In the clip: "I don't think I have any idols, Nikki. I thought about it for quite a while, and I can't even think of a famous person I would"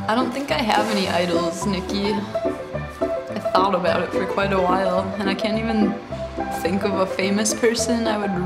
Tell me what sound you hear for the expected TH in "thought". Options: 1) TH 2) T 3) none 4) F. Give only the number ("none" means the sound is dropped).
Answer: 1